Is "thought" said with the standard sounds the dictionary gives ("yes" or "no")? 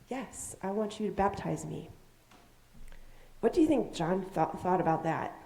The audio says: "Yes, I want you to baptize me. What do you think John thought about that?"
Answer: yes